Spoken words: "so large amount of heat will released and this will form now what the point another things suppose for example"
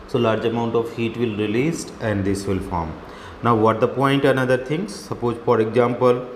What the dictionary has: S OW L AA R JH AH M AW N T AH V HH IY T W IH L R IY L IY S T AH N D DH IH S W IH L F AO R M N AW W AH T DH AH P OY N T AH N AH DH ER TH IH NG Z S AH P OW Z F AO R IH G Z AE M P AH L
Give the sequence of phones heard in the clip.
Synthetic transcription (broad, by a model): S OW L AA R JH AH M AW N T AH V HH IY T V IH L R IY L IY S T AH N D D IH S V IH L F AO R M N AW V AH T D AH P OY N T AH N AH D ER T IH NG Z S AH P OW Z F AO R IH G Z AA M P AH L